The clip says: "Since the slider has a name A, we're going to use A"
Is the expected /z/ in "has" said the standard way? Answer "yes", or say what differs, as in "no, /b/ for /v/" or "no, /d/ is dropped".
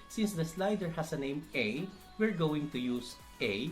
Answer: no, /s/ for /z/